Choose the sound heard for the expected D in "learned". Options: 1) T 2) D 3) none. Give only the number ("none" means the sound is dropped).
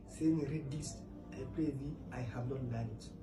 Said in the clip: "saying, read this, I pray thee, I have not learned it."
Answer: 3